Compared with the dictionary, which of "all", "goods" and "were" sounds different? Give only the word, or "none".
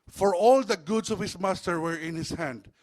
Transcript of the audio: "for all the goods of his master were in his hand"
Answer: goods